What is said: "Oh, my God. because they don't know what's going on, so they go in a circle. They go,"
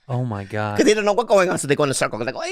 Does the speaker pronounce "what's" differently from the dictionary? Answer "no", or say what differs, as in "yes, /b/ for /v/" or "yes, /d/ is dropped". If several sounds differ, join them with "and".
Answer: yes, /s/ is dropped